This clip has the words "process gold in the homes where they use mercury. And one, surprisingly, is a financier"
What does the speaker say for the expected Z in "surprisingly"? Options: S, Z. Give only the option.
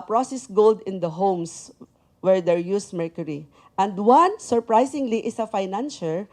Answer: S